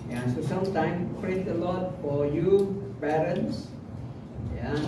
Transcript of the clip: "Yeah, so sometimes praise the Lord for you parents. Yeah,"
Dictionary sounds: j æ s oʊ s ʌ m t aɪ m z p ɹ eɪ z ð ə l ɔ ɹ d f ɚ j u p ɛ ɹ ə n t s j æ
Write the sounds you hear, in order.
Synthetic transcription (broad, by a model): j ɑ s oʊ s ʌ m t aɪ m p ɹ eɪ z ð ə l ɔ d f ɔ j u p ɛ ɹ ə n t s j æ